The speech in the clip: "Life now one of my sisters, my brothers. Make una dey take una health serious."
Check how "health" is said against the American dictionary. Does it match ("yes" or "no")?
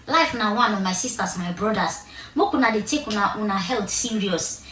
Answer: no